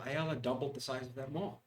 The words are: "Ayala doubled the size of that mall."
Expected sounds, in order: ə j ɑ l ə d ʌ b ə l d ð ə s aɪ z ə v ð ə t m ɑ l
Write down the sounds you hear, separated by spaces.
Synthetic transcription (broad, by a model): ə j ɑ l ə d ʌ b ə l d ð ə s aɪ z ə v ð ə t m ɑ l